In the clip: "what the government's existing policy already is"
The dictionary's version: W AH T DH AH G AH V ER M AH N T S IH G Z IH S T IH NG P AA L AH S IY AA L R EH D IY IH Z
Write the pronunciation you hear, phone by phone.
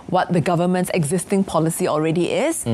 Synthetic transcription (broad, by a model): W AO T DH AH G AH V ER M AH N T S IH G Z IH S T IH NG P AA L AH S IY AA L R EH D IY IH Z